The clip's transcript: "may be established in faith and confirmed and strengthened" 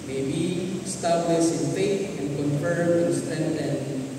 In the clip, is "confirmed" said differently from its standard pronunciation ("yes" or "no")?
yes